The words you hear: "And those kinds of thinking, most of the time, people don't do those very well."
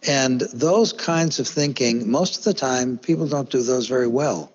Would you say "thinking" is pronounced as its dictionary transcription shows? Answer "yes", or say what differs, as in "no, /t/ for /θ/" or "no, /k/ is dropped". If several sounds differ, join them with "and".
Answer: yes